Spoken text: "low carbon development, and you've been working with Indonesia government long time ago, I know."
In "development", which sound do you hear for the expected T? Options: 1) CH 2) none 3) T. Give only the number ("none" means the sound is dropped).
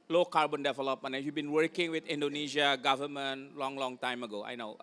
2